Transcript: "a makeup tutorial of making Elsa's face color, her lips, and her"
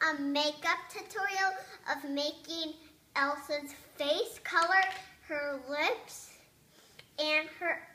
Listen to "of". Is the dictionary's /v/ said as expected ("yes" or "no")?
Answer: yes